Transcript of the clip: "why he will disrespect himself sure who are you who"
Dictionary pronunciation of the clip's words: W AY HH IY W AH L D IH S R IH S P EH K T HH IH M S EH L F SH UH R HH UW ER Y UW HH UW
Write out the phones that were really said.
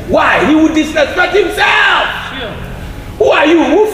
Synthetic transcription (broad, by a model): W AY HH IY W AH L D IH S IH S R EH T HH IH M S EH L F HH UW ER Y UW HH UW